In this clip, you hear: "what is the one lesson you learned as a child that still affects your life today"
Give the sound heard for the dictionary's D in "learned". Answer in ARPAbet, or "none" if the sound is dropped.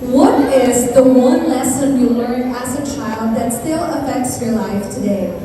none